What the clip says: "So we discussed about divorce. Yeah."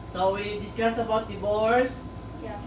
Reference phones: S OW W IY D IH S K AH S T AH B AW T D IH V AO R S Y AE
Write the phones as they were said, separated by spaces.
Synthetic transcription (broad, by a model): S OW W IY D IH S K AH S AH B AW T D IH B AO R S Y